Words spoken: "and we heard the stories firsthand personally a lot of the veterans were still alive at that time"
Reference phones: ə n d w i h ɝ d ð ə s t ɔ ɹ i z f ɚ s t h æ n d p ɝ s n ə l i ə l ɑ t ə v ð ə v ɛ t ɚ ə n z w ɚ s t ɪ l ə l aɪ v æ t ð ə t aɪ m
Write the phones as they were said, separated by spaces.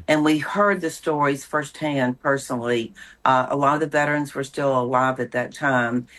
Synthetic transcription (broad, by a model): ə n w i h ɝ d ð ə s t ɔ ɹ i z f ɚ s t h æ n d p ɝ s n l i ə l ɑ t ə v ð ə v ɛ t ɚ ə n z w ɚ s t ɪ l ə l aɪ v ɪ t ð ə t aɪ m